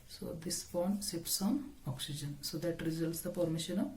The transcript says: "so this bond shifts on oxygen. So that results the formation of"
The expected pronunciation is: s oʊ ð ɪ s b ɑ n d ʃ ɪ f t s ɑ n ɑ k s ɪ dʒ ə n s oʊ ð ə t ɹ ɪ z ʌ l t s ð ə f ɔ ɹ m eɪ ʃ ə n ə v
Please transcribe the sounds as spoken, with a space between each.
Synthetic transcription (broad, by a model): s oʊ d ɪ s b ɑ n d s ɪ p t s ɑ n ɑ k s ɪ dʒ ə n s oʊ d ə t ɹ ɪ z ʌ l t s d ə p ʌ ɹ m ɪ ʃ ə n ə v